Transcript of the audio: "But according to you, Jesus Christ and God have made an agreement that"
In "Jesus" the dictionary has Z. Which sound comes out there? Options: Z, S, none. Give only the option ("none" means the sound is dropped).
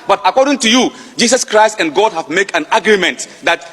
S